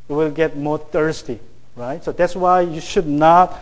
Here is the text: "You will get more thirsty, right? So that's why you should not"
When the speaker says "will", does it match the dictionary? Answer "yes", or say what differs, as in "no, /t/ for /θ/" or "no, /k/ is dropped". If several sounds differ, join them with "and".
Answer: yes